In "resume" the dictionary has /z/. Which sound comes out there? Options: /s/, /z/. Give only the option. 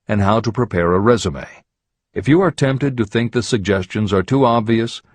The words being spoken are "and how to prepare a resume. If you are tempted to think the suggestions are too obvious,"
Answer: /z/